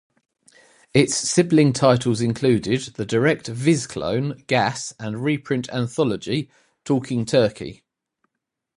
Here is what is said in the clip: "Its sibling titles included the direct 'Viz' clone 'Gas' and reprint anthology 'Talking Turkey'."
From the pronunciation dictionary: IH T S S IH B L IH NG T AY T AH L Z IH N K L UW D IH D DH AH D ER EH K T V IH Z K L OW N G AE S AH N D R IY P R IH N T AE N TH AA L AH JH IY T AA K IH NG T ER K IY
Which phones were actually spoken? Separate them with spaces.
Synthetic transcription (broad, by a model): IH T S S IH B L IH NG T AY T AH L Z IH N K L UW D IH D DH AH D ER EH K T V IH Z K L OW N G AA S AH N R IY P R IH N T AE N TH AA L AH JH IY T AA K IH NG T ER K IY